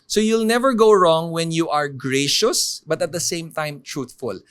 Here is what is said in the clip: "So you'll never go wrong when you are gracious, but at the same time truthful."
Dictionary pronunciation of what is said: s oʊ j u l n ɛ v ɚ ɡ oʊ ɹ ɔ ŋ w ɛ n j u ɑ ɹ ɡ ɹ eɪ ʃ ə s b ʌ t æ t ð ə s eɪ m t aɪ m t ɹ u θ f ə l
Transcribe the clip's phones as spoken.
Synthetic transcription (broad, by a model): s oʊ j u l n ɛ v ɚ ɡ oʊ ɹ ɔ ŋ w ɛ n j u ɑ ɹ ɡ ɹ eɪ ʃ ə s b ʌ t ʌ t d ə s eɪ m t aɪ m t ɹ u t f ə l